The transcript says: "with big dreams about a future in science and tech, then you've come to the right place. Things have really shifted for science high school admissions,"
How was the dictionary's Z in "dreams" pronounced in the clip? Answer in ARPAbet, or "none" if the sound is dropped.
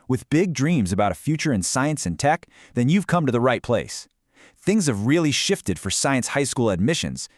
Z